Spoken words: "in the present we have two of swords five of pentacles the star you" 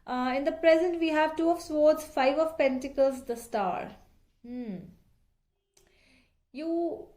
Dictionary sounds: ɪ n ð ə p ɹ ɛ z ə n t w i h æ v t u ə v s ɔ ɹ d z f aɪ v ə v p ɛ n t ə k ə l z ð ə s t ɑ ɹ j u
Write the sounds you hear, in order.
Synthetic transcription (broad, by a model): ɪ n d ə p ɹ ɛ z ə n t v i h æ v t u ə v s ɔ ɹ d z f aɪ v ə v p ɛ n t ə k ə l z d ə s t ɑ ɹ j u